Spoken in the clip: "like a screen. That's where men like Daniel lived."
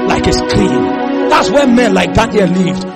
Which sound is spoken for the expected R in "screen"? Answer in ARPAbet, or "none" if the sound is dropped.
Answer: L